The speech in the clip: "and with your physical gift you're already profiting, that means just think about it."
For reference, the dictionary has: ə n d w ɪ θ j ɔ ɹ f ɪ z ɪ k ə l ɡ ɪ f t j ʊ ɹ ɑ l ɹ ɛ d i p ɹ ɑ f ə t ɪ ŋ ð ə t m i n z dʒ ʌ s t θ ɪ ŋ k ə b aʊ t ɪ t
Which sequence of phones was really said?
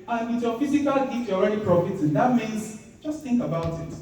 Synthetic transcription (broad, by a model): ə n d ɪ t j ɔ f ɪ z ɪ k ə l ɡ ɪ t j ɑ l ɹ ɛ d i p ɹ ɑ f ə t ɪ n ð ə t m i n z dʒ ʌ s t θ ɪ ŋ k ə b aʊ t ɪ t